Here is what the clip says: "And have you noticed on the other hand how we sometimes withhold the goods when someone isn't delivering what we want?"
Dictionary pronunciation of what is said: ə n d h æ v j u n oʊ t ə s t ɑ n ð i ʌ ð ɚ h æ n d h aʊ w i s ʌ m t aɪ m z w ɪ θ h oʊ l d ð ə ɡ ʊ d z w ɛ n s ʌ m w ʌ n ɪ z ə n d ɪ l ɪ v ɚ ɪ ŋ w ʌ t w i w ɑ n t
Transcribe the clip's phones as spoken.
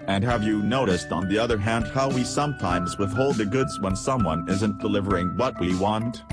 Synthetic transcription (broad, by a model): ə n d h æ v j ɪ n oʊ t ə s t n ð i ʌ ð ɚ h æ n d h aʊ w i s ʌ m t aɪ m z w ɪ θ h oʊ l d ð ə ɡ ʊ d z w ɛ n s ʌ m w ʌ n ɪ z ə n d ɪ l ɪ v ɚ ɪ ŋ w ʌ t w i w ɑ n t